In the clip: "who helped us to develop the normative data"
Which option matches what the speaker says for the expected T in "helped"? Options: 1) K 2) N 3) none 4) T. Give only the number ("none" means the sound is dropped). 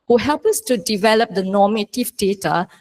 3